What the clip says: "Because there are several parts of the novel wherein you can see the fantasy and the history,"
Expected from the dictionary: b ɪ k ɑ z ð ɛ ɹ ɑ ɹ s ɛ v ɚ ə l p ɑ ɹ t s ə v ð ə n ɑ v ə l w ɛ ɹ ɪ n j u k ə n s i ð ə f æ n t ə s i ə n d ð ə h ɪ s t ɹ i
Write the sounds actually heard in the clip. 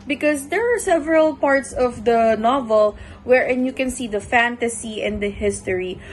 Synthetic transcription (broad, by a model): b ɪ k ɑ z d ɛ ɹ ɑ ɹ s ɛ v ɚ ə l p ɑ ɹ t s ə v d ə n ɑ v ə l w ɛ ɹ ɪ n j u k ə n s i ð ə f æ n t ə s i ə n d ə h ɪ s t ɹ i